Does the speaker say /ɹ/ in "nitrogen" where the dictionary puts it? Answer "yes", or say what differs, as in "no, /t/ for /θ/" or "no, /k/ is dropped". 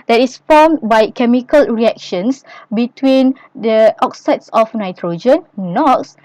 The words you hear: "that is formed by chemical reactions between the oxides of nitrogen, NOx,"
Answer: yes